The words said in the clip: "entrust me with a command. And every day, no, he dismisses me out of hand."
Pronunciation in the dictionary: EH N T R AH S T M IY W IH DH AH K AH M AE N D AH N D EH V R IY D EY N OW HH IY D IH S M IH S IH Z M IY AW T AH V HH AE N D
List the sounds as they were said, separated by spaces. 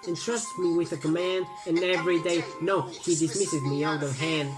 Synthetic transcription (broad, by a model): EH N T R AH S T M IY W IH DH AH K AH M AE N D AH N EH V R IY D EY N OW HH IY D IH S M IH S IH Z M IY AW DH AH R HH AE N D